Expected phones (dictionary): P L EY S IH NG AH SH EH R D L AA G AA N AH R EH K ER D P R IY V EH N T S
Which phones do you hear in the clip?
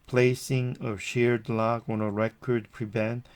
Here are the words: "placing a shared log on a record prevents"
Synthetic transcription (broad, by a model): P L EY S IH NG AH SH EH R D L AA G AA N AH R EH K ER D P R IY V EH N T